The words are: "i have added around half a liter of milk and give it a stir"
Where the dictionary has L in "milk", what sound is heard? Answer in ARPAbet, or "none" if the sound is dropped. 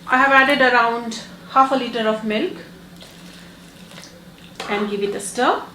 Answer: L